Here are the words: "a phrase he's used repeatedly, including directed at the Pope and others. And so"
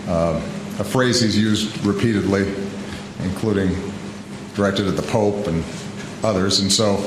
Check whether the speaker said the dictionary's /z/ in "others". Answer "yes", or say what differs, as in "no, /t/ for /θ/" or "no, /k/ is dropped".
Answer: yes